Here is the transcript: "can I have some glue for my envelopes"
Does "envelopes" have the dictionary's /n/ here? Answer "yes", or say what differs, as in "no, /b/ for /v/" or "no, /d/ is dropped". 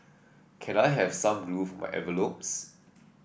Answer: no, /n/ is dropped